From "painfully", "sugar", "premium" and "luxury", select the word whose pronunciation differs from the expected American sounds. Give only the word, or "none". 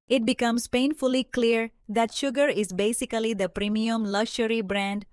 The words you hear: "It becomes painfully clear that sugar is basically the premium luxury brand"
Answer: luxury